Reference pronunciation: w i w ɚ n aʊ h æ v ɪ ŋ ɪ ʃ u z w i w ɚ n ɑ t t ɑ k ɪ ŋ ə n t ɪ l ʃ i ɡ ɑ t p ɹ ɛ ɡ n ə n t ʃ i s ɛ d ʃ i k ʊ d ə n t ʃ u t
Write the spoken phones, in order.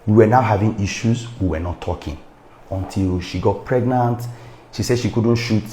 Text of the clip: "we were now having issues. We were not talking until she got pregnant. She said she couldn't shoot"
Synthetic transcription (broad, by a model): w i w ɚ n aʊ h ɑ v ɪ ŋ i ʃ u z w i w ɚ n ɑ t t ɑ k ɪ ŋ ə n t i l ʃ i ɡ ɑ t p ɹ ɛ ɡ n ə n t ʃ i s ɛ d ʃ i k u d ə n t ʃ u t